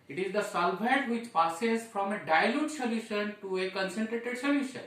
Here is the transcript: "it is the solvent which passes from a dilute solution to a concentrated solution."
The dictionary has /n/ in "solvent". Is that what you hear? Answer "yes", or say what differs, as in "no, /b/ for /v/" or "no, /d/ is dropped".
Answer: no, /n/ is dropped